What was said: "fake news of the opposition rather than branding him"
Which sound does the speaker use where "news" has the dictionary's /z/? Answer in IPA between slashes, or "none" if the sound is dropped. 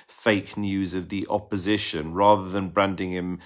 /z/